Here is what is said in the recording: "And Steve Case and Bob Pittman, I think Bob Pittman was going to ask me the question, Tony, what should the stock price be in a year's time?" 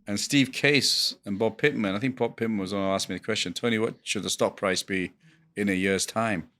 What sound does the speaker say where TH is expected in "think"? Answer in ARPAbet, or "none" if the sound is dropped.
TH